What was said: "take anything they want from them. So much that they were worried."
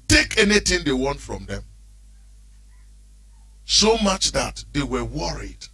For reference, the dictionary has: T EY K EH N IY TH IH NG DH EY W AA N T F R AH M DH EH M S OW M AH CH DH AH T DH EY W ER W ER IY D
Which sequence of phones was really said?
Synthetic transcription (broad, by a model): T EY K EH N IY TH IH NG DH EY W AA N T F R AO M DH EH M S OW M AH CH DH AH T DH EY W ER W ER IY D